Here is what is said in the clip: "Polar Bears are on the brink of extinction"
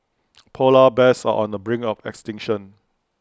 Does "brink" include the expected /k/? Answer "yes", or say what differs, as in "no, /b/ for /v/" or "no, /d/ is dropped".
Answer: no, /k/ is dropped